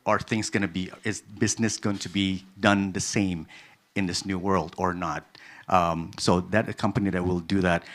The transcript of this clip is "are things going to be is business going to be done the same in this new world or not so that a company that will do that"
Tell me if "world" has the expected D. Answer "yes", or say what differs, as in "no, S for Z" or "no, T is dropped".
yes